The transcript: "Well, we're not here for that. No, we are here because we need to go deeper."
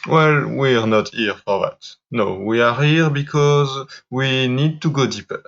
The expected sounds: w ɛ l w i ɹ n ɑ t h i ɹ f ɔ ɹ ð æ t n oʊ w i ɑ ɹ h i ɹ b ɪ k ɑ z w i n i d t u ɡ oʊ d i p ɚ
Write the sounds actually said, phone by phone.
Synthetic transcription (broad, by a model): w ɛ l w i ɹ n ɑ t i ɹ f ɔ ɹ ð æ t n oʊ w i ɑ ɹ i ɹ b ɪ k ɑ z w i n i d t u ɡ oʊ d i p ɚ